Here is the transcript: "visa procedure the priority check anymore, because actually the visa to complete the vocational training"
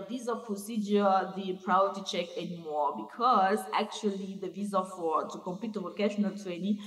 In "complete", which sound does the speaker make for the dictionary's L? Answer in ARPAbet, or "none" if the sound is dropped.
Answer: none